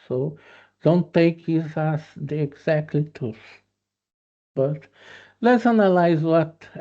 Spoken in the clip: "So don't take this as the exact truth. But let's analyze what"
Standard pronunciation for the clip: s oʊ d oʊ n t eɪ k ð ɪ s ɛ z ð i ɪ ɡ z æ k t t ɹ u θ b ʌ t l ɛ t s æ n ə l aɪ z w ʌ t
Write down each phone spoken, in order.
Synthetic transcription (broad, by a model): s oʊ d oʊ n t eɪ k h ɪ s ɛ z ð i ɪ ɡ z æ k t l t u s b ʌ t l ɛ t s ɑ n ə l aɪ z w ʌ t